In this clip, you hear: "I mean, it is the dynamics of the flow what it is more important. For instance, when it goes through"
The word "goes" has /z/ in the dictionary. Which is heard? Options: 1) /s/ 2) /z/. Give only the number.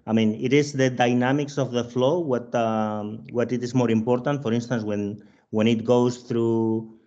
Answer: 1